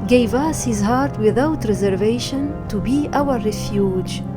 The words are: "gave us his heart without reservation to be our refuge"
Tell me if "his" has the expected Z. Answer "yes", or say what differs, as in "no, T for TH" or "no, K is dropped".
yes